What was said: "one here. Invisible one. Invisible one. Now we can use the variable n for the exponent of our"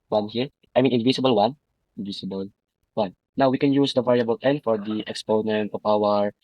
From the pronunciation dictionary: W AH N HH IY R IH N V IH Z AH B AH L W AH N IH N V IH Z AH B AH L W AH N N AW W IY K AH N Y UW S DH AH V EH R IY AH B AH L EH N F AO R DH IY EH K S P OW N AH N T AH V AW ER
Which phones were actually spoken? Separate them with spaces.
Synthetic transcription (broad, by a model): W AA N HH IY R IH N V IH S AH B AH L W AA N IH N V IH S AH B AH L W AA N N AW W IY K AH N Y UW S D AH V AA R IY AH B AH L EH N F AO R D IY EH K S P OW N AH N T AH P AW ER